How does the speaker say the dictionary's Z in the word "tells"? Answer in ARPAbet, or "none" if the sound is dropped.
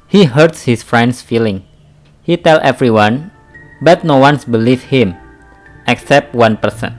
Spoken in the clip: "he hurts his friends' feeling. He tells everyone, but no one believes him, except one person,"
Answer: none